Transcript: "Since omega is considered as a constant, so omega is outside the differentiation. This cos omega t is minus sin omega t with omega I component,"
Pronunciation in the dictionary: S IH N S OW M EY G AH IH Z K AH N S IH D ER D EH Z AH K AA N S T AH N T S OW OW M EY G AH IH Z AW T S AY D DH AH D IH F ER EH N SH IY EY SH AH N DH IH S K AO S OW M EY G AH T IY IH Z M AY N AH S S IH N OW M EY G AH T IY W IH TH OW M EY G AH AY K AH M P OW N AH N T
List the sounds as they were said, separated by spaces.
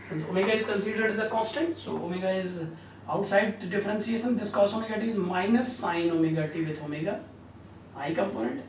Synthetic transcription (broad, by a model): S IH N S OW M EY G AH IH Z K AH N S IH D ER D EH Z AH K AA S T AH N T S OW OW M EY G AH IH Z AW T S AY D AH D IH F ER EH N S IY EY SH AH N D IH S K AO S OW M EY G AH T IY IH Z M AY N AH S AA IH N OW M EY G AH T IY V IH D OW M EY G AH AY K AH M P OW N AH N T